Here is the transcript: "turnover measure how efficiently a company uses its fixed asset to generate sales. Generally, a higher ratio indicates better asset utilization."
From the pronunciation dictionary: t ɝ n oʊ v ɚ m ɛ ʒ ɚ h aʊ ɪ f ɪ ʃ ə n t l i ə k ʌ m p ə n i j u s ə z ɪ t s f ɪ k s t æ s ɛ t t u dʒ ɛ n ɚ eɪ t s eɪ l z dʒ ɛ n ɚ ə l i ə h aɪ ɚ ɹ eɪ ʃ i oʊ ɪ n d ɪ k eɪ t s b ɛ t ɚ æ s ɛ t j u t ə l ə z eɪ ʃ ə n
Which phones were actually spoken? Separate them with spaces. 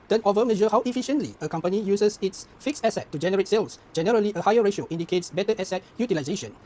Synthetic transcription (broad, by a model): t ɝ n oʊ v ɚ m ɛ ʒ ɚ h aʊ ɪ f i ʃ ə n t l i ə k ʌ m p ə n i j u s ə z ɪ t s f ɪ k s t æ s ɛ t t u dʒ ɛ n ɚ eɪ t s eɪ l s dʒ ɛ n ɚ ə l i ə h aɪ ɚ ɹ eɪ ʃ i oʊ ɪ n d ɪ k eɪ t s b ɛ t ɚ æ s ɛ t j u t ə l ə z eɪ ʃ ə n